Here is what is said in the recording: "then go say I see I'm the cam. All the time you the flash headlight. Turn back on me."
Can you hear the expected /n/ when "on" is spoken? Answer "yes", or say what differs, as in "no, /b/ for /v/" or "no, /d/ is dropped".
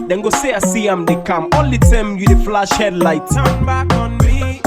yes